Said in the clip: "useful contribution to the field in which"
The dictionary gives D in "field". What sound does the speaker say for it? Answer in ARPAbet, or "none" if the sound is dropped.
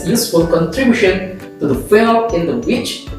none